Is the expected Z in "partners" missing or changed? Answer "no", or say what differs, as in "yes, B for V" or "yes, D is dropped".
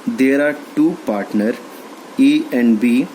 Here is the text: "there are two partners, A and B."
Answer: yes, Z is dropped